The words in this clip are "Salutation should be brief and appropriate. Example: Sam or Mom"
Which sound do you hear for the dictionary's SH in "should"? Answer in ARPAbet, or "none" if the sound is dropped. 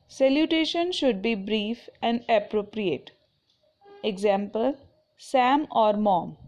SH